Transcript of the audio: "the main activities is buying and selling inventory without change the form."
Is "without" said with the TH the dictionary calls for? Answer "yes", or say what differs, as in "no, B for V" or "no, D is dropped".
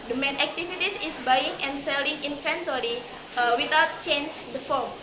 no, T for TH